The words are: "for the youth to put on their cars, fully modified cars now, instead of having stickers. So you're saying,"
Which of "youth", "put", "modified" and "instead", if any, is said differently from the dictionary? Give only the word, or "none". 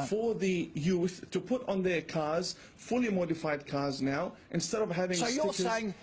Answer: none